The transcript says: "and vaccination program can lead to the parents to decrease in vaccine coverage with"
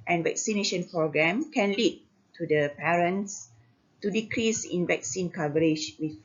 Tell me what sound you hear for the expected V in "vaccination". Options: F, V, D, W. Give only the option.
V